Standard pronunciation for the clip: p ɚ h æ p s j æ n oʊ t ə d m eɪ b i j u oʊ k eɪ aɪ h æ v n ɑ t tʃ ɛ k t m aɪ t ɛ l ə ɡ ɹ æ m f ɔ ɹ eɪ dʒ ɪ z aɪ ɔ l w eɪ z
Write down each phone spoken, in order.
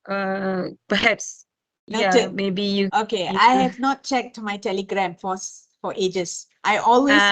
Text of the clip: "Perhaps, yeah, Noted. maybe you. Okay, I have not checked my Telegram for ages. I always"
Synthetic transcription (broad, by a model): p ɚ h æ p s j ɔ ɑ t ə m eɪ b i j u oʊ k eɪ aɪ h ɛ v n ɑ t tʃ ɛ k t m aɪ t ɛ l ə ɡ ɹ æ m f ɔ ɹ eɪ dʒ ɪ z aɪ ɔ l w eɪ